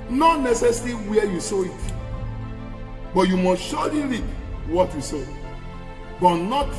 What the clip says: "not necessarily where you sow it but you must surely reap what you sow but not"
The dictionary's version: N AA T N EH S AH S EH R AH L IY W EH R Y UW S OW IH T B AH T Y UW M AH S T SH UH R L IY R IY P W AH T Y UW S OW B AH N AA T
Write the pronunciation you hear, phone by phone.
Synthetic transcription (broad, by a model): N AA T N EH S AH S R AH W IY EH Y UW S OW IH T B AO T Y UW M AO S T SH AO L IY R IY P W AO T Y UW S OW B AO N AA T